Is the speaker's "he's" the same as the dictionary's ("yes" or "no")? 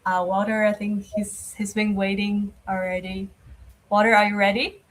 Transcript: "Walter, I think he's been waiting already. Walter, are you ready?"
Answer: yes